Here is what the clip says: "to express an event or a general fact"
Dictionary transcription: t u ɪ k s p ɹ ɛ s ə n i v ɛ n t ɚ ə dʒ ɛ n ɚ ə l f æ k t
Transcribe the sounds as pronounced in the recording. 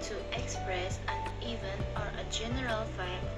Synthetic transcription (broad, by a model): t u ɪ k s p ɹ ɛ s ə n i v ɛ n ɚ ə dʒ ɛ n ɚ ə l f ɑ